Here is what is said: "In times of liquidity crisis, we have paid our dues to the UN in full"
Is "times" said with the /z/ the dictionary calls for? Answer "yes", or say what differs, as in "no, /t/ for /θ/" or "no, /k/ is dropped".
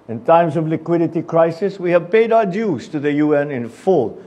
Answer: no, /s/ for /z/